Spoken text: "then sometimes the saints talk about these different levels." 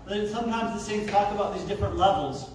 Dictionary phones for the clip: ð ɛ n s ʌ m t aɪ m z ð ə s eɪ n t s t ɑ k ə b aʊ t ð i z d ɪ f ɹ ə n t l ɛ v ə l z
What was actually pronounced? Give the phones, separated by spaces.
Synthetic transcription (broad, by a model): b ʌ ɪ s ʌ m t aɪ m z ð ə s eɪ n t t ɑ k ə b aʊ t ð i z d ɪ f ɹ ə n t l ɛ v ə l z